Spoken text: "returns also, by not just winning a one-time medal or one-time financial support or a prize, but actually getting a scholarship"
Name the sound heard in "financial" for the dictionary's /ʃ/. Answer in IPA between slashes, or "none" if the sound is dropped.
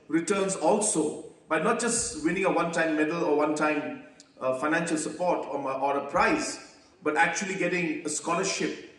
/ʃ/